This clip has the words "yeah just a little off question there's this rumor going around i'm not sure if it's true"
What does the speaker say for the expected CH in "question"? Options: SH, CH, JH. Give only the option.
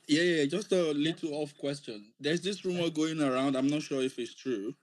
CH